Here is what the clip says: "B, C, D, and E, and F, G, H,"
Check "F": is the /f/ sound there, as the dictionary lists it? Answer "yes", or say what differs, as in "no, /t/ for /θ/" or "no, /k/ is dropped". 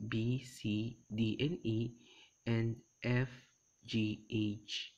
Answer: yes